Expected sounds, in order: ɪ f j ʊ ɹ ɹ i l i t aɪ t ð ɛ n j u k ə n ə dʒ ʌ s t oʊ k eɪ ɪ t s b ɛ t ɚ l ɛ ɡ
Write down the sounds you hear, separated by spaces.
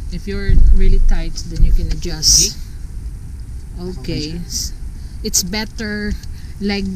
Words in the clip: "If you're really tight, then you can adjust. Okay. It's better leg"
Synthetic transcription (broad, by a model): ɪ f j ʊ ɹ ɹ i l i t aɪ t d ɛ n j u k ə n ə dʒ ʌ s t oʊ k eɪ ɪ t s b ɛ t ɚ l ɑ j